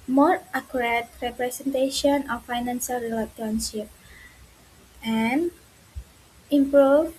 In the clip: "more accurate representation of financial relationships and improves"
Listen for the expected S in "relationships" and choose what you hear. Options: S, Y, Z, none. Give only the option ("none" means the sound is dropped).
none